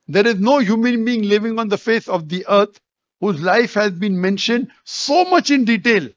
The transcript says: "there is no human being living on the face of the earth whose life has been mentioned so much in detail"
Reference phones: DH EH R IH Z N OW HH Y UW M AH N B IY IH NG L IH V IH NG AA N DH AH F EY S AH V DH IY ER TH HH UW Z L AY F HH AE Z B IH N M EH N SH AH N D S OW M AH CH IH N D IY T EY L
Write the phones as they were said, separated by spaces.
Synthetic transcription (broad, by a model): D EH R IH Z N OW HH Y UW M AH N B IY IH NG L IH V IH NG AA N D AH F EY S AH V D IY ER T HH UW Z L AY F HH AE Z B IH N M EH N SH AH N D S OW M AH CH IH N D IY T EY L